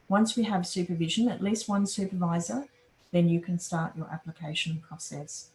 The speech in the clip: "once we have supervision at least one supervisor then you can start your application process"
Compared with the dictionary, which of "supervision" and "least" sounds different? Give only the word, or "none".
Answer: none